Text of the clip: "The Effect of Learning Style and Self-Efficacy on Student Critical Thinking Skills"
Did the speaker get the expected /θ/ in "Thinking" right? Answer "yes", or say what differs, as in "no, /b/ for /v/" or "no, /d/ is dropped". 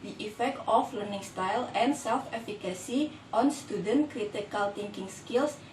no, /t/ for /θ/